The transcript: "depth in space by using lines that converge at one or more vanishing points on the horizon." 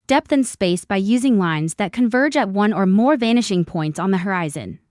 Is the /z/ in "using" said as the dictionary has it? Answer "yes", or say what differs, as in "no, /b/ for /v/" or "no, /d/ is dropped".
yes